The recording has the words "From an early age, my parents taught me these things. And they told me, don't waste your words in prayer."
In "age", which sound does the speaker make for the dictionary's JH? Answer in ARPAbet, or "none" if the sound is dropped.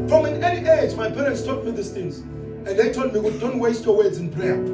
Z